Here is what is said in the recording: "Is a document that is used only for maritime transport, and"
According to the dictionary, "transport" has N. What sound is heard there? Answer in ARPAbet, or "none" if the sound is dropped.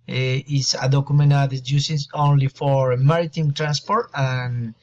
N